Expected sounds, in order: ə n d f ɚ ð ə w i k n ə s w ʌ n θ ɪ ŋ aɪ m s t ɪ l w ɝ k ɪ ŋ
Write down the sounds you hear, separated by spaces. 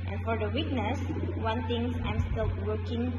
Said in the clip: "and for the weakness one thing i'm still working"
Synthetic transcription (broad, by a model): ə n f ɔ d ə w i k n ə s w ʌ n t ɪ ŋ aɪ m s t ɪ l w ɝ k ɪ ŋ